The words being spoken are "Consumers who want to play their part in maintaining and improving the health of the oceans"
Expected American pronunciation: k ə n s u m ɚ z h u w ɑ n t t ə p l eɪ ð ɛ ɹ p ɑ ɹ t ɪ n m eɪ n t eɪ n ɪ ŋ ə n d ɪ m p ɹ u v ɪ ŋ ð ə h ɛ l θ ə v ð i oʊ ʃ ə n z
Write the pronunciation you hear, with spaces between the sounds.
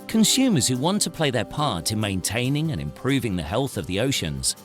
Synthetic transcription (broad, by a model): k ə n s u m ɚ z h u w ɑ n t t ə p l eɪ ð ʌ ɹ p ɑ ɹ t ɪ n m eɪ n t eɪ n ɪ ŋ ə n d ɪ m p ɹ u v ɪ ŋ ð ə h ɛ l θ ə v ð i oʊ ʃ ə n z